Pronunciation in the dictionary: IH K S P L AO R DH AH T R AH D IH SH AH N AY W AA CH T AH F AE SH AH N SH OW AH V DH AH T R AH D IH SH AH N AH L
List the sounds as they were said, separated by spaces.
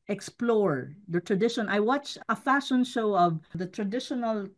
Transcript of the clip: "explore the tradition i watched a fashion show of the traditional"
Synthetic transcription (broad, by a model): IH K S P L AO R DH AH T R AH D IH SH AH N AY W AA CH AH F AE SH AH N SH OW AH V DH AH T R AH D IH SH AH N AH L